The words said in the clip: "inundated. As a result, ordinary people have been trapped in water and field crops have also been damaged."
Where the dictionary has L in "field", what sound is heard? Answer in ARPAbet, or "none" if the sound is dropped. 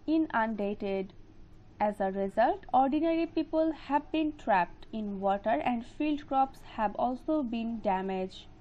L